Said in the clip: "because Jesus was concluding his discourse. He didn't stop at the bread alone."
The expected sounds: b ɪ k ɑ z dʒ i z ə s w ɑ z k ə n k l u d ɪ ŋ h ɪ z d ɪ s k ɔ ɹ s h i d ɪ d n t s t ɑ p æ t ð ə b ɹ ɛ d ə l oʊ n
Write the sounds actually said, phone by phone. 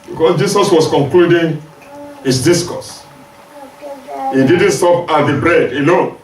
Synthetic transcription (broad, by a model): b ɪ k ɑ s dʒ i s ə s w ɑ s k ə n k l u d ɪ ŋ h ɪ s d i s k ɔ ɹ s h i d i d n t s t ɑ p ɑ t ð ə b ɹ ɛ d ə l oʊ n